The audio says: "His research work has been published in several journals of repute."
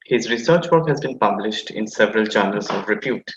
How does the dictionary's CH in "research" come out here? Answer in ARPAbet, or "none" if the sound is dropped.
CH